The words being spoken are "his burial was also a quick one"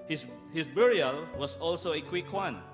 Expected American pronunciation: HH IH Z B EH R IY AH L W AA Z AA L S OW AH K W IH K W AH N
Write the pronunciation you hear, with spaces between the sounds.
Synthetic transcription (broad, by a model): HH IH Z B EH R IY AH L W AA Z AA L S OW AH K W IH K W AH N